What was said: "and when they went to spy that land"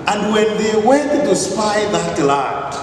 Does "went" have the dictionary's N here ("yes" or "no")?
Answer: no